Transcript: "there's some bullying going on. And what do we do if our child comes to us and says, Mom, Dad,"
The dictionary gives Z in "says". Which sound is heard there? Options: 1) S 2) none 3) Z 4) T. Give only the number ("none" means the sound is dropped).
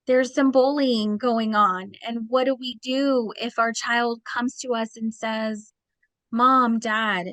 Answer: 3